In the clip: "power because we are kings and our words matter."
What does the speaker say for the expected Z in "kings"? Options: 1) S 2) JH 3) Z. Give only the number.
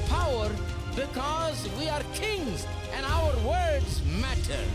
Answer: 3